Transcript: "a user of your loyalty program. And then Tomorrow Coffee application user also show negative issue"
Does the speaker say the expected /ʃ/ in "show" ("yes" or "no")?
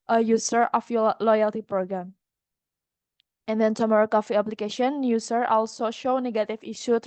yes